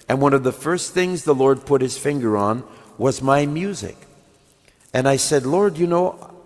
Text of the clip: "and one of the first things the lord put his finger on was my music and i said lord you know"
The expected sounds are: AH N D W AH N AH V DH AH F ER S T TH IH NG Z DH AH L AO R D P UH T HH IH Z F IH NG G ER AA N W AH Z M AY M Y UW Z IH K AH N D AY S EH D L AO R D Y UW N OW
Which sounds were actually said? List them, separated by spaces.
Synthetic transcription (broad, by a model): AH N W AH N AH V DH AH F ER S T TH IH NG Z DH AH L AO R D P UH T HH IH Z F IH NG G ER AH N W AH Z M AY M Y UW Z IH K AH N AY S EH D L AO R D Y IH N OW